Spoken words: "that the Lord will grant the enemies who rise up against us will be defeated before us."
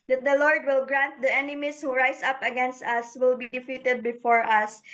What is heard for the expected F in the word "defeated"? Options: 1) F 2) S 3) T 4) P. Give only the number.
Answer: 1